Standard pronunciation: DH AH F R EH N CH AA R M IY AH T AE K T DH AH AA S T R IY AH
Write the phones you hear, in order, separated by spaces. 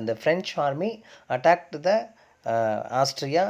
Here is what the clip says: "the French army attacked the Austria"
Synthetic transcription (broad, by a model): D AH F R EH N CH AA R M IY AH T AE K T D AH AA S T R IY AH